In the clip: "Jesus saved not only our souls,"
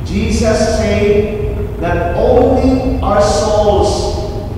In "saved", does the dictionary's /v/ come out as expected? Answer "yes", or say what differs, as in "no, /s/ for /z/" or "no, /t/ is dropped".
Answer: no, /v/ is dropped